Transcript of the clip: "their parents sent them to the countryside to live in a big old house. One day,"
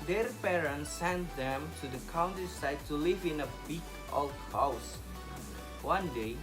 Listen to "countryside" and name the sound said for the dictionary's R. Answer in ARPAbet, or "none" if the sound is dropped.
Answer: none